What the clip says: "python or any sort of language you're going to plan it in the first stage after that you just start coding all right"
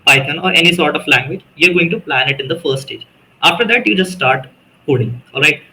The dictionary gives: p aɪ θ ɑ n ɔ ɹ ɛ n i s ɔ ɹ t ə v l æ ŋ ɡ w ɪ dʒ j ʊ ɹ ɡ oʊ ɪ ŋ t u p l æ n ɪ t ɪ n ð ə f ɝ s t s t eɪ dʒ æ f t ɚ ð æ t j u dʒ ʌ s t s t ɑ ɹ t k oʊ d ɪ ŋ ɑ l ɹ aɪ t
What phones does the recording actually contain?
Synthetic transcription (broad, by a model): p aɪ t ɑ n ɔ ɹ ɛ n i s ɔ ɹ t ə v l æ ŋ ɡ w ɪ dʒ j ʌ ɹ ɡ oʊ ɪ ŋ t u p l æ n ɪ t ɪ n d ə f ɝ t s t eɪ dʒ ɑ f t ɚ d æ t j u dʒ ʌ s t s t ɑ ɹ t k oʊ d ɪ ŋ ɑ l ɹ aɪ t